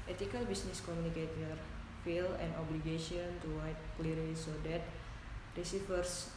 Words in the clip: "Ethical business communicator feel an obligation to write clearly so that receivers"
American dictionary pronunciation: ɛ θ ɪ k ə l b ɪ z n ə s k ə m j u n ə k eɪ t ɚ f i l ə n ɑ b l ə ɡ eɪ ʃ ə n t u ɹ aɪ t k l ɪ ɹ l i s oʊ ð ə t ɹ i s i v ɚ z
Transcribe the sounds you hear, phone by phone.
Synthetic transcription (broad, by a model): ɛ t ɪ k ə l b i s n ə s k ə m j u n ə k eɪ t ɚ f i l ə n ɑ b l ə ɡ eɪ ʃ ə n t u w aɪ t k l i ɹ i s oʊ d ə t ɹ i s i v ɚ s